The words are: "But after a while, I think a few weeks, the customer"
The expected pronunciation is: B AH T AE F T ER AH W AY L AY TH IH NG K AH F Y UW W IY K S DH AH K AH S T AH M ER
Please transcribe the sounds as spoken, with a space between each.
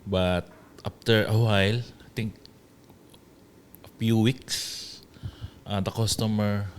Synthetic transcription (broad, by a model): B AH T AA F T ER AH W AY L AY T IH NG K AH F Y UW W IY K S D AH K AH S T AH M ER